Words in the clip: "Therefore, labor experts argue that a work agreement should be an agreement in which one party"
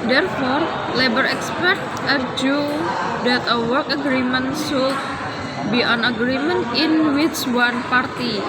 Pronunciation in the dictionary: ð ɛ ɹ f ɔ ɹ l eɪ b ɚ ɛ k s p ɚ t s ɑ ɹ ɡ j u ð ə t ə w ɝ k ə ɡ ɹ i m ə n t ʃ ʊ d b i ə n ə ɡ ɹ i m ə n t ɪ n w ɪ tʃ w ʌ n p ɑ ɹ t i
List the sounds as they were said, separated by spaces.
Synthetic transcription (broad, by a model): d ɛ ɹ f ɔ ɹ l eɪ b ɚ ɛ k s p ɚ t ɑ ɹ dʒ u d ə t ə w ɝ k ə ɡ ɹ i m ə n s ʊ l b i ə n ə ɡ ɹ i m ə n t ɪ n w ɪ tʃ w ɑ n p ɑ ɹ t i